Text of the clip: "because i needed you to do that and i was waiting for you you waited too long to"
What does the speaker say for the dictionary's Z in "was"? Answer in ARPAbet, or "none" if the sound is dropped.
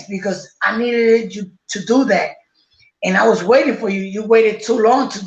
Z